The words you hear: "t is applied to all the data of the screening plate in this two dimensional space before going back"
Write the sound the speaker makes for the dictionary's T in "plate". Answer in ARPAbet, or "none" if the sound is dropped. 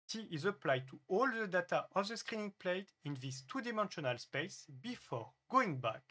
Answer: T